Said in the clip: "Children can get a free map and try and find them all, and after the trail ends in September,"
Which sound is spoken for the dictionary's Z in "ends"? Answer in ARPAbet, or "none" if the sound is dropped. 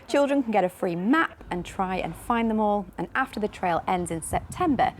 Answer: Z